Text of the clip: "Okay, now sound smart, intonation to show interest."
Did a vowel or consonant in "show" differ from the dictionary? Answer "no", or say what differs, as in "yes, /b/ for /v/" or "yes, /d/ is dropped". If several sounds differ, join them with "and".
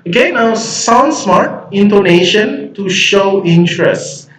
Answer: no